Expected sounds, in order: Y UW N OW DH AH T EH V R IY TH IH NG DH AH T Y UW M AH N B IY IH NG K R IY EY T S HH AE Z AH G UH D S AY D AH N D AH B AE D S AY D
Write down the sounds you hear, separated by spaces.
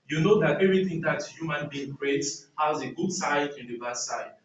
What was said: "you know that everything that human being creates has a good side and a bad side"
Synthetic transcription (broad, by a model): Y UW N OW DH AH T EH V R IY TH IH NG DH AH T Y UW M AH N B IY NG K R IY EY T HH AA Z AH G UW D S AY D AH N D AH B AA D S AY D